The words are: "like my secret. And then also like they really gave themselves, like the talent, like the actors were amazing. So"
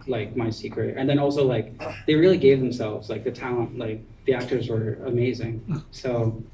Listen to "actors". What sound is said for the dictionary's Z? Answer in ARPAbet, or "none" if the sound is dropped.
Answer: Z